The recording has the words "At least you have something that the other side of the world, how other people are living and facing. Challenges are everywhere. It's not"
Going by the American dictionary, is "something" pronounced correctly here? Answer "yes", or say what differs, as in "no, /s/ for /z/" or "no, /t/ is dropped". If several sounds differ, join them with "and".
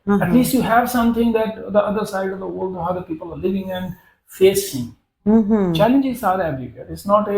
no, /t/ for /θ/